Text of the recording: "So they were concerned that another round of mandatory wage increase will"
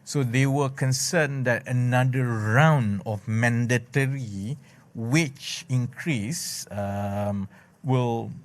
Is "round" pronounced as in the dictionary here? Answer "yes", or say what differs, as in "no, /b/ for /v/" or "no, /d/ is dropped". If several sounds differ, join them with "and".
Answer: yes